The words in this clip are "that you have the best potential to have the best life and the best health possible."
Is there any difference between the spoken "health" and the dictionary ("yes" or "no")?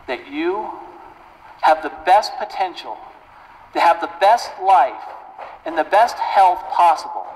no